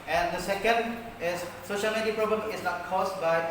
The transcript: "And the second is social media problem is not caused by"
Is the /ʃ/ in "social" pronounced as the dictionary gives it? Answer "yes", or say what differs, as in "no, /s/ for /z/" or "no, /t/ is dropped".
yes